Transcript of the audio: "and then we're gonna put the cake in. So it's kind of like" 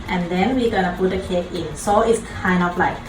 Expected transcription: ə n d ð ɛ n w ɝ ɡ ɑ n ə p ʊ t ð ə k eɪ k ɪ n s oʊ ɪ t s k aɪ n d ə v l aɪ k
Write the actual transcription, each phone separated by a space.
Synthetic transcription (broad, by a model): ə n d ɛ n w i ɡ ɑ n ə p ʊ t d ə k eɪ k ɪ n s oʊ ɪ t s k aɪ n ə f l aɪ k